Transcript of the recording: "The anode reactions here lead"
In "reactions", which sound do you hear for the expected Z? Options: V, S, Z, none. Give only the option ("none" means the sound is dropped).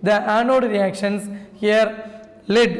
S